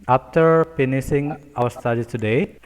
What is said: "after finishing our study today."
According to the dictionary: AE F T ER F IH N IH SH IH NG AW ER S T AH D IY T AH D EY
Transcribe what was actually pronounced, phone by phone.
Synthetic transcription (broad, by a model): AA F T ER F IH N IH S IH NG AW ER S T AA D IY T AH D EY